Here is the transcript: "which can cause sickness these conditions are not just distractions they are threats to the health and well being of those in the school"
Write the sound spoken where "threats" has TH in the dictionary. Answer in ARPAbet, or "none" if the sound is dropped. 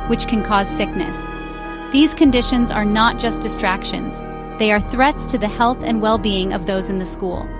TH